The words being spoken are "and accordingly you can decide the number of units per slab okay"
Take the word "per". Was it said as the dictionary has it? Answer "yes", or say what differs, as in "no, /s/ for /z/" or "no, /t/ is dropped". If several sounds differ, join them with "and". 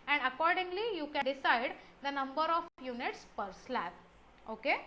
yes